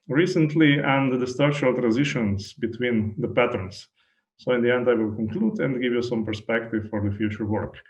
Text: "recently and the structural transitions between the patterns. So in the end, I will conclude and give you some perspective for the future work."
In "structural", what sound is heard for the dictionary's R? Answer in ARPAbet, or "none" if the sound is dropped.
none